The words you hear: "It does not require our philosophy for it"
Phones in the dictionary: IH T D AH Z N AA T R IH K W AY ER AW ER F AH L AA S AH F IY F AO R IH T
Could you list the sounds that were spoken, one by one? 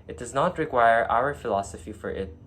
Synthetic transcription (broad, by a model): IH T D AH Z N AA T R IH K W AY ER AW ER F AH L AA S AH F IY F AO R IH T